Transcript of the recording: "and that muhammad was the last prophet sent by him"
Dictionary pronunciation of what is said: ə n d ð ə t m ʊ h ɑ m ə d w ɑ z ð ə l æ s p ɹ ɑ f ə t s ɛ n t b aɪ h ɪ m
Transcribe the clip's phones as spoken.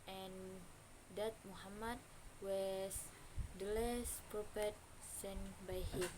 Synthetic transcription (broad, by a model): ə n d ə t m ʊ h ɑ m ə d w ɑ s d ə l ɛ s p ɹ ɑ p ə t s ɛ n b aɪ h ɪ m